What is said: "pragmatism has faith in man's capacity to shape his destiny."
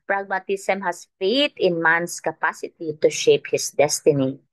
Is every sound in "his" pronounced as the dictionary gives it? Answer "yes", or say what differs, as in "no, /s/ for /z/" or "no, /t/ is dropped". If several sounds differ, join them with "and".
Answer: no, /s/ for /z/